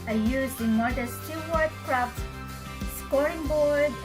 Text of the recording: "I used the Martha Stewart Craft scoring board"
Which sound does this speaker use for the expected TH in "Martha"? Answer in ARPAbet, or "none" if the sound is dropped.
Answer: T